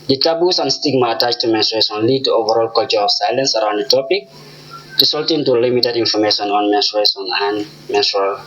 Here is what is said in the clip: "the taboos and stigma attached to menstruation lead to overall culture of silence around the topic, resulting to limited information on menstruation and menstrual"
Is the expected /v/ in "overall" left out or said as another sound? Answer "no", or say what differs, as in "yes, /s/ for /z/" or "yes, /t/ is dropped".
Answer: no